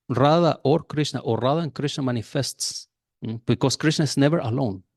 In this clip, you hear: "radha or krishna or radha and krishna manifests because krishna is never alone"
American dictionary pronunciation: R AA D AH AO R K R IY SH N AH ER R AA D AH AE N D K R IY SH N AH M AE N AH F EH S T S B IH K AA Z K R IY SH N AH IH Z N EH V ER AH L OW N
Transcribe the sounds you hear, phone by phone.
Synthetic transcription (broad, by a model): R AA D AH AO R K R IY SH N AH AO R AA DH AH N K R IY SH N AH M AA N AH F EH S T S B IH K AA S K R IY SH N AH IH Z N EH V ER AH L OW N